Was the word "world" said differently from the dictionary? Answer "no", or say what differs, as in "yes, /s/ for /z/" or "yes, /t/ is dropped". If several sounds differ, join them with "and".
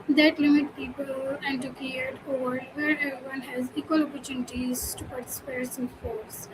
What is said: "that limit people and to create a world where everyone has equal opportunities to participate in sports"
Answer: yes, /l/ is dropped